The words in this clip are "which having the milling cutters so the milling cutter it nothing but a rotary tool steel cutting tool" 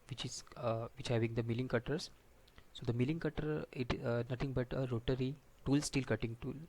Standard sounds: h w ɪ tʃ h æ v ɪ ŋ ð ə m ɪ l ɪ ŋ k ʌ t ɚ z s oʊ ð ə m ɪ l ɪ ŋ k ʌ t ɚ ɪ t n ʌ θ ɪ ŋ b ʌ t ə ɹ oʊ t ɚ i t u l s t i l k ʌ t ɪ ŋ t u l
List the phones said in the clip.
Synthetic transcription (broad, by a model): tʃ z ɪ tʃ h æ v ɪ ŋ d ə m ɪ l ɪ ŋ k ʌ t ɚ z s oʊ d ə m ɪ l ɪ ŋ k ʌ t ɚ ɪ t n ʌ t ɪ ŋ b ʌ t ə ɹ oʊ t ɚ i t u l s t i l k ʌ t ɪ ŋ t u l